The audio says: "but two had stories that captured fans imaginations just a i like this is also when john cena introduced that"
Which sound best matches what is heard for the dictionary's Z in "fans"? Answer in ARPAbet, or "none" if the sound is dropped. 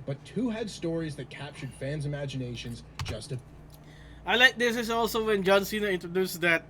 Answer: Z